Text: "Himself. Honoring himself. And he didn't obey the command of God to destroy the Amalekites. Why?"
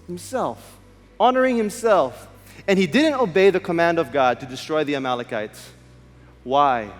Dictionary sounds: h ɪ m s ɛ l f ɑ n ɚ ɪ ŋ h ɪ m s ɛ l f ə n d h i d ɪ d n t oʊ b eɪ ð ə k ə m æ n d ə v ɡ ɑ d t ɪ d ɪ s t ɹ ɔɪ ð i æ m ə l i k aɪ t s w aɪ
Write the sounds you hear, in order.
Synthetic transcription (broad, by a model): h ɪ m s ɛ l f ɑ n ɚ ɪ ŋ h ɪ m s ɛ l f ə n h i d ɪ d n t oʊ b eɪ ð ə k ə m æ n d ə v ɡ ɑ d t ɪ d ɪ s t ɹ ɔɪ ð i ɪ m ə l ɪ k aɪ t s w aɪ